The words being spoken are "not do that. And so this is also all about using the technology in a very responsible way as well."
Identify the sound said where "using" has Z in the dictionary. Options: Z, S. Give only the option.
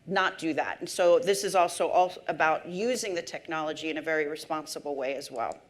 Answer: Z